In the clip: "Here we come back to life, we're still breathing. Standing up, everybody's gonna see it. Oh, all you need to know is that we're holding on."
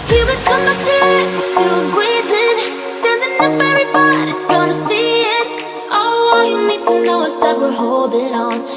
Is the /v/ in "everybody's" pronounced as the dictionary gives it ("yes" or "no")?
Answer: no